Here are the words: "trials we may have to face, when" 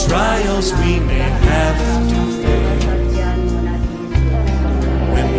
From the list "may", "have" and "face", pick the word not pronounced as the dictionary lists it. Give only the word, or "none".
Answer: face